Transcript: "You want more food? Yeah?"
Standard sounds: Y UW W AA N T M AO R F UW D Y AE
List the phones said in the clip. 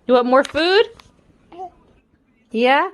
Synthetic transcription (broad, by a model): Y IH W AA T M AO R F UW D Y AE